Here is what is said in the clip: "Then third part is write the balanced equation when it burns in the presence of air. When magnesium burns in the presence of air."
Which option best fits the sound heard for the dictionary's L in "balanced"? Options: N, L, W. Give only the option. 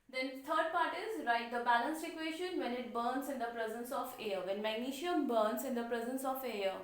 L